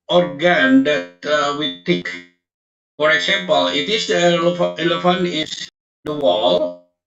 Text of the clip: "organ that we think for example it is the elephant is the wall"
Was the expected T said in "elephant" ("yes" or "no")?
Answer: no